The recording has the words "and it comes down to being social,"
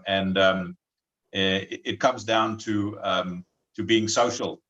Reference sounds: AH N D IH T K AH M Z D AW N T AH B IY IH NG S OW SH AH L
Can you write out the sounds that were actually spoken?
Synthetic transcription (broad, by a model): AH N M IH T K AH M Z D AW N T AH B IY IH NG S OW SH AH L